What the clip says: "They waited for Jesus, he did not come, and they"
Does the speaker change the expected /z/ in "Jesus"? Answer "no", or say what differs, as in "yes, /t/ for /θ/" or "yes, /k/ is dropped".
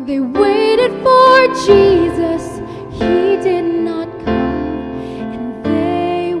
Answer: no